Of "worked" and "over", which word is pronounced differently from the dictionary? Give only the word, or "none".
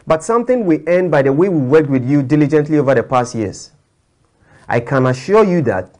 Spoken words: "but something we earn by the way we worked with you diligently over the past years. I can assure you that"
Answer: none